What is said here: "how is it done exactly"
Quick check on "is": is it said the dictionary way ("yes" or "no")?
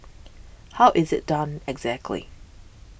yes